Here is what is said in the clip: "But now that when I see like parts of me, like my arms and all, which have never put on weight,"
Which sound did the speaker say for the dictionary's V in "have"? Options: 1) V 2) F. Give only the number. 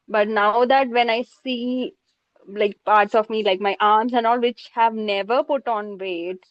1